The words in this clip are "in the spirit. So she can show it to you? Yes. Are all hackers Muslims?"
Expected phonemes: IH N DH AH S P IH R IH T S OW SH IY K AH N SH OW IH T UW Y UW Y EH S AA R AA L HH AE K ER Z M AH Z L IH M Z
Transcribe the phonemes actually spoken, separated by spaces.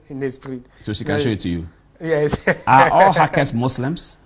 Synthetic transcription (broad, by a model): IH N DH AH S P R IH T S OW SH IY K AH N SH OW IH T UW Y UW Y EH S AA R AA L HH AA K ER S M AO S L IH M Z